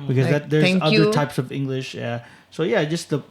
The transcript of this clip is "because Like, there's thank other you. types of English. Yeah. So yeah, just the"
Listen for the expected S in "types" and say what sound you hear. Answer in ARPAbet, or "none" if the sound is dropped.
S